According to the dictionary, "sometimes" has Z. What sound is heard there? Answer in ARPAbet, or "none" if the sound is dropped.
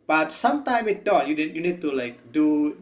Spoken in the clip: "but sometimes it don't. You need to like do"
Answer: none